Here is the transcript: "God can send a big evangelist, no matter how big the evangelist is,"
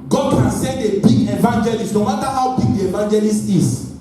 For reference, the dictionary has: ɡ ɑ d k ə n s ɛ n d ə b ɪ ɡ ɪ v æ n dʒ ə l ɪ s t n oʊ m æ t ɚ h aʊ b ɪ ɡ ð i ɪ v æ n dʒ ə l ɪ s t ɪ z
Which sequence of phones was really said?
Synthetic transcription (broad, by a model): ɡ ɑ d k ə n s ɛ d ə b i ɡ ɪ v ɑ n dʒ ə l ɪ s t n oʊ m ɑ t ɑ h aʊ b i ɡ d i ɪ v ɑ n dʒ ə l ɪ s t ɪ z